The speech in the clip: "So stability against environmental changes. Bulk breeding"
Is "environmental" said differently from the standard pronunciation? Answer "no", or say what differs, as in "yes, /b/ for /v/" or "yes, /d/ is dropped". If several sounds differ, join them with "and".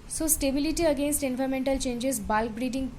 yes, /f/ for /v/